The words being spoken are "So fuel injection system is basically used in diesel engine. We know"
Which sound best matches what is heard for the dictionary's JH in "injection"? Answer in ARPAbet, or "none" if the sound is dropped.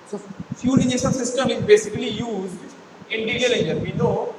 none